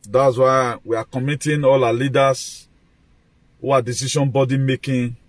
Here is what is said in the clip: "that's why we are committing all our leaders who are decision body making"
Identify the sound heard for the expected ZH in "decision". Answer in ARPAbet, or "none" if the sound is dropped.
SH